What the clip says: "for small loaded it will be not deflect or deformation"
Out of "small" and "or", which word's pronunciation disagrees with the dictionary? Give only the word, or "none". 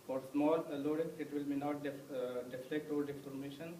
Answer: or